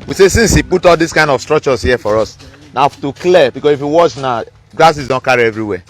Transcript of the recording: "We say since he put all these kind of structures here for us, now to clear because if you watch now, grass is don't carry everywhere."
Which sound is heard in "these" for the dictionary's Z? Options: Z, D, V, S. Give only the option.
S